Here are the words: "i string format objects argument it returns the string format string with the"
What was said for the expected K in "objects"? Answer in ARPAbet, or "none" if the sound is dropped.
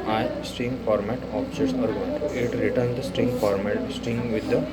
none